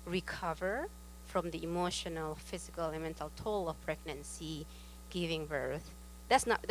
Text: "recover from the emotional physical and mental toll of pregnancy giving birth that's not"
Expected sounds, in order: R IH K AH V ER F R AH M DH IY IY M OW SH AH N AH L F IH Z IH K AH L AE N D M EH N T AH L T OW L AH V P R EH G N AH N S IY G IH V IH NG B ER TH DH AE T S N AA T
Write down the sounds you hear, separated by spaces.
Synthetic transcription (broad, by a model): R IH K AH V ER F R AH M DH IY IY M OW SH AH N AH L F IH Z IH K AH L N M EH N T AH L T OW L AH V P R EH G N AH N S IY G IH V IH NG B ER TH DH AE T S N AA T